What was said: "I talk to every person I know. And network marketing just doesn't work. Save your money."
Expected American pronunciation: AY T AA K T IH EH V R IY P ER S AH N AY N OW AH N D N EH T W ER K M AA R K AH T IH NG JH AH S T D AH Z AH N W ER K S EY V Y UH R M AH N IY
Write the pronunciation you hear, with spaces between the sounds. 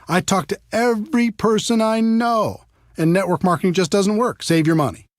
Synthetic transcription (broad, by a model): AY T AA K T IH EH V R IY P ER S AH N AY N OW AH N N EH T W ER K M AA R K AH T IH NG JH AH S D AH Z AH N W ER K S EY V Y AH R M AH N IY